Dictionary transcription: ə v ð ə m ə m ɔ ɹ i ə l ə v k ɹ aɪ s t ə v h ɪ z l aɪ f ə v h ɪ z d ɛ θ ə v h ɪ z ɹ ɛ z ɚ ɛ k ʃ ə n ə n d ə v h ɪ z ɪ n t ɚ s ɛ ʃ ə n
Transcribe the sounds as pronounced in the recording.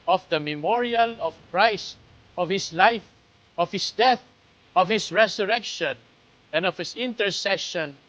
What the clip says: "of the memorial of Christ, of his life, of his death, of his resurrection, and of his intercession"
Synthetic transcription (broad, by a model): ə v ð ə m ə m ɔ ɹ i ə l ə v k ɹ aɪ s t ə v h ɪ s l aɪ f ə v h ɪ s d ɛ θ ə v h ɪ s ɹ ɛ s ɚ ɛ k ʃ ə n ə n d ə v h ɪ s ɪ n t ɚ s ɛ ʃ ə n